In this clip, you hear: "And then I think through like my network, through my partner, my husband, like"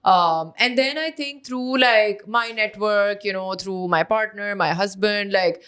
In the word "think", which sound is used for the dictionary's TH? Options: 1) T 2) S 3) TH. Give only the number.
1